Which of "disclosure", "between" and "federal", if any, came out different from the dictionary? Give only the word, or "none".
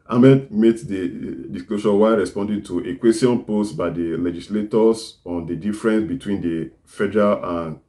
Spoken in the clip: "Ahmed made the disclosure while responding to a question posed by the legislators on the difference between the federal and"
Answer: disclosure